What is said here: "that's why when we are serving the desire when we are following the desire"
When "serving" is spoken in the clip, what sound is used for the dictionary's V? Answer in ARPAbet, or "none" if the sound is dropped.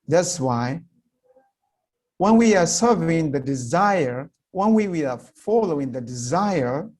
V